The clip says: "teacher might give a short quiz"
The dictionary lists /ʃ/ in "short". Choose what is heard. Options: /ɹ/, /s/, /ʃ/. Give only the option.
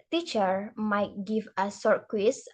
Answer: /s/